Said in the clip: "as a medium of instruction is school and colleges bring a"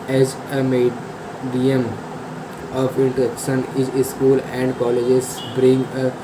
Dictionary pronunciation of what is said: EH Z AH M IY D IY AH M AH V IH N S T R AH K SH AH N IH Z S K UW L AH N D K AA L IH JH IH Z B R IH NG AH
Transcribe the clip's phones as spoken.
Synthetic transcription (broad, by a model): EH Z AH M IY D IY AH M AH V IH N T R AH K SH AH N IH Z S K UW L AH N D K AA L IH JH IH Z B R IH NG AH